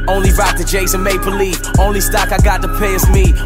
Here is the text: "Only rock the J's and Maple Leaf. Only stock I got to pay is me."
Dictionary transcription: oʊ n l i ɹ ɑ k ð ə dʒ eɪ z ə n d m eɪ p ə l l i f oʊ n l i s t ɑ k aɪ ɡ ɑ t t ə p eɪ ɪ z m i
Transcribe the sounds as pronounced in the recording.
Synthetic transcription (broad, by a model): oʊ n l i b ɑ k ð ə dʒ eɪ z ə n m eɪ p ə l l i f oʊ n l i s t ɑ k aɪ ɡ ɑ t t ə p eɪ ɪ s m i